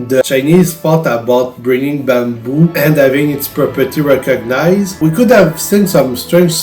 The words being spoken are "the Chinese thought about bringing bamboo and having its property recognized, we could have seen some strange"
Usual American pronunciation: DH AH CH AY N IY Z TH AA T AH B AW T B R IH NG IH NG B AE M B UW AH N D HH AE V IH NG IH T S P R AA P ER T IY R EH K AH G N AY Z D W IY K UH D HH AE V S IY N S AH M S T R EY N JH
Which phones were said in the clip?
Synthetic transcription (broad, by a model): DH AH CH AY N IY Z F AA T AH B AW T B R IH NG IH NG B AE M B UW AH N D HH AE V IH NG IH T S P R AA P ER T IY R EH K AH G N AY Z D W IY K UH D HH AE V S IY N S AH M S T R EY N